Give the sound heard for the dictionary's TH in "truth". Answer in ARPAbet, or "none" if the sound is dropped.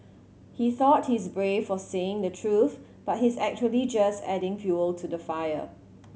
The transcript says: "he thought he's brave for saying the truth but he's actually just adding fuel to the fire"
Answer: TH